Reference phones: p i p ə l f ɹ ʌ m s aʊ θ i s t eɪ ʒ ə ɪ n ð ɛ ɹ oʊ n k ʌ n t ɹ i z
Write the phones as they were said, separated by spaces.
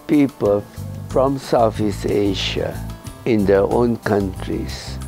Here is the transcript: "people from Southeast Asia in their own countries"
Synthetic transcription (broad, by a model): p i p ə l f ɹ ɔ m s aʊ f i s eɪ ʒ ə ɪ n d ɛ oʊ n k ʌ n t ɹ i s